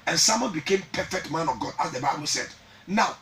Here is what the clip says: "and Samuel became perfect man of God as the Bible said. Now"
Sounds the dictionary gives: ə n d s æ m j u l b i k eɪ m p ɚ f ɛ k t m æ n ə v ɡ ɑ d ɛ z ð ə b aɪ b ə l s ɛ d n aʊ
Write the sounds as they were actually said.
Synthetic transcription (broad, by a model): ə n s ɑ m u n b i k eɪ m p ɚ f ɛ k t m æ n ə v ɡ ɑ d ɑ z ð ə b aɪ b ə l s ɛ d n aʊ